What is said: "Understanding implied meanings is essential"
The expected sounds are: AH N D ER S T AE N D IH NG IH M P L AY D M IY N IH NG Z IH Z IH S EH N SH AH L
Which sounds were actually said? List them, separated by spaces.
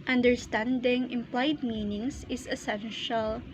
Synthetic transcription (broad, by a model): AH N D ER S T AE N D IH NG IH M P L AY D M IY N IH NG S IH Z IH S EH N SH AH L